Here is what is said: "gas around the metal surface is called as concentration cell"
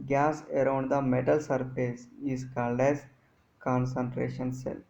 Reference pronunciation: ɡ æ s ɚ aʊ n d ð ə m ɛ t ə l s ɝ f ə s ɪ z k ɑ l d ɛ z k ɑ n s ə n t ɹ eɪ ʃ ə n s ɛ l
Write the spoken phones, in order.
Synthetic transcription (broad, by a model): ɡ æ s ɚ aʊ n d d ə m ɛ t ə l s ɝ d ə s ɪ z k ɑ l d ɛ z k ɑ n s ə n t ɹ eɪ ʃ ə n s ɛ l